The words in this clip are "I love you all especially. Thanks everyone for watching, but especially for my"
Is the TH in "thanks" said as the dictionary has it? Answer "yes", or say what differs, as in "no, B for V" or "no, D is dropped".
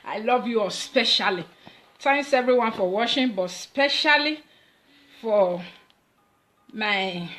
no, T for TH